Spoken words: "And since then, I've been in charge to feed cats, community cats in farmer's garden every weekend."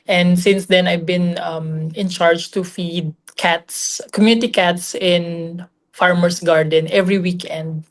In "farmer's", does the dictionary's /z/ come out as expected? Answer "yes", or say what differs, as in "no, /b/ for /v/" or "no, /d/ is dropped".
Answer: no, /s/ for /z/